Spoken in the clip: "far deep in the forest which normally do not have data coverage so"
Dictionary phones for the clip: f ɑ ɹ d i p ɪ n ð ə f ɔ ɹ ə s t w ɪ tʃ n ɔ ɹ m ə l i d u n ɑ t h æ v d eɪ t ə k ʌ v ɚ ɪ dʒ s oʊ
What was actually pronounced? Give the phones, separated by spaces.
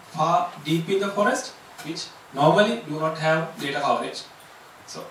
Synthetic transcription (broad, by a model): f ɑ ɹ d i p ɪ n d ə f ɔ ɹ ə s t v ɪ tʃ n ɔ ɹ m ə l i d u n ɑ t h æ v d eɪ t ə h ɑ ʊ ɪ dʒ s oʊ